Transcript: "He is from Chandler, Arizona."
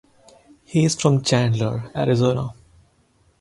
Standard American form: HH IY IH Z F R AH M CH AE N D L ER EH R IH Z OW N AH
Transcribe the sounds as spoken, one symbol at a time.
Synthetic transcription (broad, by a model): HH IY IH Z F R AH M CH AE N D L ER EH R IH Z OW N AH